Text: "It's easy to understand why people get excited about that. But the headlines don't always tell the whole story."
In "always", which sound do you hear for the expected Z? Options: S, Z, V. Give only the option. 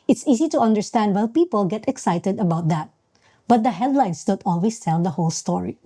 S